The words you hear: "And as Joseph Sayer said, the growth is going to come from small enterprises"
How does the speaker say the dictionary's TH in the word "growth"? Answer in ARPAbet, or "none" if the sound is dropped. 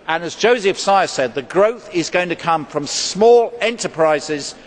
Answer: TH